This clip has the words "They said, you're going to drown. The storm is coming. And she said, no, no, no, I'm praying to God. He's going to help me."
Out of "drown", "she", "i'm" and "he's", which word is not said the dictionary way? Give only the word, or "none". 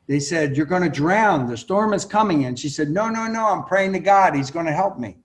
none